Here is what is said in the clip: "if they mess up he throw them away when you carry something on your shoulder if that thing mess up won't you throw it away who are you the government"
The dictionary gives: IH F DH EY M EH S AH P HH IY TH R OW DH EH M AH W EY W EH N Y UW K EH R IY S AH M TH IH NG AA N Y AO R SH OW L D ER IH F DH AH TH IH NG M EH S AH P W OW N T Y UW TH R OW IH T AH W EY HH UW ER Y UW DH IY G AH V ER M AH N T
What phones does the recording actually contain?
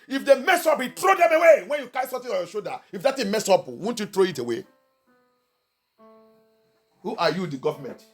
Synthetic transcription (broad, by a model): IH F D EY M EH S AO P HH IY T R OW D EH M AH W EY W EH N Y UW K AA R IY S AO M T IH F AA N Y AO SH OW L D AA IH F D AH T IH M EH S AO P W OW N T Y UW T R OW IH T AH W EY HH UW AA Y UW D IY G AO V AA M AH N T